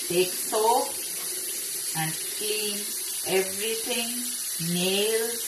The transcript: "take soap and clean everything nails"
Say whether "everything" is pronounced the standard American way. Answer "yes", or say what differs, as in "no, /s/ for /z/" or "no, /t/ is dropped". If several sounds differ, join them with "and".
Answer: no, /t/ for /θ/